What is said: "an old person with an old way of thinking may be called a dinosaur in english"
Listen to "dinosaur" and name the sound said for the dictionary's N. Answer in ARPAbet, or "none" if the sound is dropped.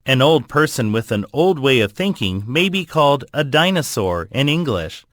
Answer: N